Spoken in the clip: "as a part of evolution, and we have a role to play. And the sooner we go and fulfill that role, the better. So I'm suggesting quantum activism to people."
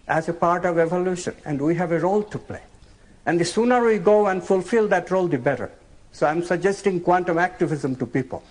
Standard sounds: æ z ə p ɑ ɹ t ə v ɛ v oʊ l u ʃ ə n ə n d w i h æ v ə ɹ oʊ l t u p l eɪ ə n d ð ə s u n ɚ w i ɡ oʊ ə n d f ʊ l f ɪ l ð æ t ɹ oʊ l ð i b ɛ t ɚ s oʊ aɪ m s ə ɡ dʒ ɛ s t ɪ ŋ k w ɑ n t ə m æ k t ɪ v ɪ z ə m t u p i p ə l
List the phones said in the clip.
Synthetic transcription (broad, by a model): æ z ə p ɑ ɹ t ə v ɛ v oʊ l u ʃ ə n ə n d w i h æ v ə ɹ oʊ l t u p l eɪ ə n d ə s u n ɚ w i ɡ oʊ ə n d f ʊ l f ɪ l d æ t ɹ oʊ l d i b ɛ t ɚ s oʊ aɪ m s ə ɡ dʒ ɛ s t ɪ ŋ k w ɑ n t ə m æ k t ɪ v ɪ z ə m t u p i p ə l